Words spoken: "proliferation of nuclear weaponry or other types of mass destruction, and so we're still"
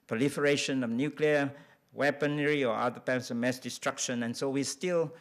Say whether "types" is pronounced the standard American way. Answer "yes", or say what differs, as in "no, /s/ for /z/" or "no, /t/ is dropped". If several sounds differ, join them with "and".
no, /p/ is dropped